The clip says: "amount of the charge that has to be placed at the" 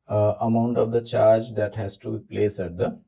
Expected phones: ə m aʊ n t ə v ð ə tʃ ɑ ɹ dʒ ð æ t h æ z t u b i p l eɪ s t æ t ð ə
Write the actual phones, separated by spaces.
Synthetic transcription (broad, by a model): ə m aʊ n t ə v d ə tʃ ɑ ɹ dʒ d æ t h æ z t u b i p l eɪ s æ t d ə